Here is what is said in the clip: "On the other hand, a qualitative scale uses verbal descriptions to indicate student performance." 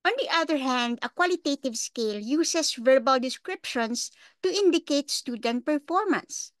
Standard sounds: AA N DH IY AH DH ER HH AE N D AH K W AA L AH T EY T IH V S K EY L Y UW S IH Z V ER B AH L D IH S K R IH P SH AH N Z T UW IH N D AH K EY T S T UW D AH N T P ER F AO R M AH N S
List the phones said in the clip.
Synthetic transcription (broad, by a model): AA N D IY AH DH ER HH AE N D AH K W AA L AH T EY T IH V S K EY L Y UW S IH S V ER B AH L D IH S K R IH P SH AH N S T UW IH N D AH K EY T S T UW D AH N T P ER F AO R M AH N S